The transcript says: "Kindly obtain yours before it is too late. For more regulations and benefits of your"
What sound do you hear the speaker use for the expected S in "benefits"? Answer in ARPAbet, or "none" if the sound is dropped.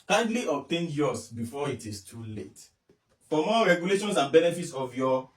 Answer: S